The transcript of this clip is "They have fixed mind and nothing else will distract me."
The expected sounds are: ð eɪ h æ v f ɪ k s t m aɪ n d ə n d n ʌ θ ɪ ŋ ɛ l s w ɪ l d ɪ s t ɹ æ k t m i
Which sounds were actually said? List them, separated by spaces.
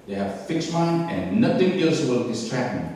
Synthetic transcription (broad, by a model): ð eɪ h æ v f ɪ k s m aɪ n ə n n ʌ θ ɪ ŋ ɛ l s w ɪ l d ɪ s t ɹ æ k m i